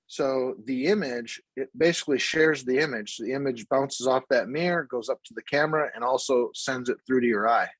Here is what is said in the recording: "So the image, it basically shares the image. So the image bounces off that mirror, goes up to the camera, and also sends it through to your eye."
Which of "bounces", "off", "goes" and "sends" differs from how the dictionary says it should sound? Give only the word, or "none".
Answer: none